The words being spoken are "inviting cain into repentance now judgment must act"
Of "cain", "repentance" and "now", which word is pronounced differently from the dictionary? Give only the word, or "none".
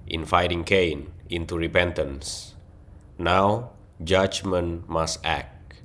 none